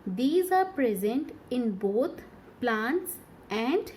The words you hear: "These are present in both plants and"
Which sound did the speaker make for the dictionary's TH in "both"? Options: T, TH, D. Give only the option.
T